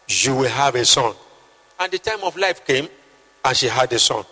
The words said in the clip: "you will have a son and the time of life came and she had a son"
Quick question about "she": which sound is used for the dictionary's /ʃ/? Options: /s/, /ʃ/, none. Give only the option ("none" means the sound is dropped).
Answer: /ʃ/